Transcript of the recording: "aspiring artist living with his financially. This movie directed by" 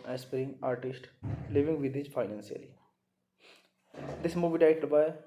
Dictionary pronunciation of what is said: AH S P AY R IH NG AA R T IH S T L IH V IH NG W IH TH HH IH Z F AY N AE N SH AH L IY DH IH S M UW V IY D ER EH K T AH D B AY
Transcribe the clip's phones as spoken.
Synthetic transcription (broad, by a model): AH S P R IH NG AA R T IH S T L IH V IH NG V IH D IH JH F AY N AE N S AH L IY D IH S M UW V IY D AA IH T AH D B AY